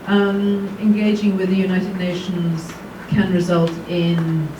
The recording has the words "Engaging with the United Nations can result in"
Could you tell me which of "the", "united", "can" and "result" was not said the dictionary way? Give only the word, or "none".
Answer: none